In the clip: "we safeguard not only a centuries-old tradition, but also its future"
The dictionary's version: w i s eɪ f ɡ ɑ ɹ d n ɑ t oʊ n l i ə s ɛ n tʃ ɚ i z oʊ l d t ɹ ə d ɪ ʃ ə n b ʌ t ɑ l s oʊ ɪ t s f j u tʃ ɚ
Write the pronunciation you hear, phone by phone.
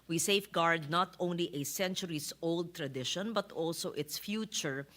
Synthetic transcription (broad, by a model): w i s eɪ f ɡ ɑ ɹ d n ɑ t oʊ n l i ə s ɛ n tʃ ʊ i s oʊ l d t ɹ ə d ɪ ʃ ə n b ʌ t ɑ l s oʊ ɪ t s f j u tʃ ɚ